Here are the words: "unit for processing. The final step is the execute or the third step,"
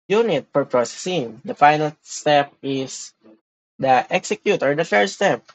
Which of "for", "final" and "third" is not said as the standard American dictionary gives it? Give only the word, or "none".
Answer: third